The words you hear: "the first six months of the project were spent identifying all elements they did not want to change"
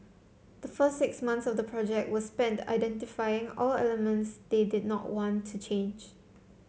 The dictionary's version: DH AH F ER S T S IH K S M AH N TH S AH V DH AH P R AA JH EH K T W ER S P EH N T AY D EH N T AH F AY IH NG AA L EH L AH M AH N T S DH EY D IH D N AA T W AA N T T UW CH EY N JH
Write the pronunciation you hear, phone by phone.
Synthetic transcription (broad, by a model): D AH F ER S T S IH K S M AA N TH S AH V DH AH P R AA JH EH K T W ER S P EH N T AY D EH N T AH F AY IH NG AA L EH L AH M AH N T S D EY D IH D N AA T W AA N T T UW CH EY N JH